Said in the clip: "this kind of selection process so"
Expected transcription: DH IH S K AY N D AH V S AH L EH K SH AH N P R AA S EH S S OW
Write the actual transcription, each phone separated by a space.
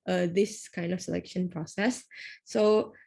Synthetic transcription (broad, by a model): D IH S K AY N D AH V S AH L EH K SH AH N P R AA S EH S S OW